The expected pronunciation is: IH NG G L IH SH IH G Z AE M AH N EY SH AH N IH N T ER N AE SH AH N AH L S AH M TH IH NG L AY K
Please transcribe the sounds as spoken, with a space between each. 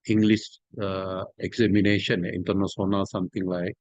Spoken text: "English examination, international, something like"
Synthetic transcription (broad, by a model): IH NG G L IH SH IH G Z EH M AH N EY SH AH N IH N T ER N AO S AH N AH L S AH M T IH NG L AY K